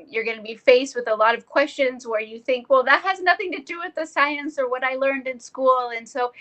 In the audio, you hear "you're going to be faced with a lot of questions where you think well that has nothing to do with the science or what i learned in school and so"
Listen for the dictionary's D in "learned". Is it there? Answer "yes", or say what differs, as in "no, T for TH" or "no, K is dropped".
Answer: yes